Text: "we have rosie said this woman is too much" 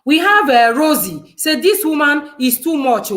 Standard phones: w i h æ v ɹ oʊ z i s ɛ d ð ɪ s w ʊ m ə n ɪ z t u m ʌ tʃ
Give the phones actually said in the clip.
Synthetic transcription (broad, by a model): w i h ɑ v ɹ oʊ z i s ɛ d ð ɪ s w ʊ m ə n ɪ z t u m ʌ tʃ